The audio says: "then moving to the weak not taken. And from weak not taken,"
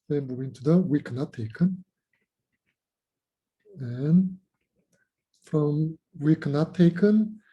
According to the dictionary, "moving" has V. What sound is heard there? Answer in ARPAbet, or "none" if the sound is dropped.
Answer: none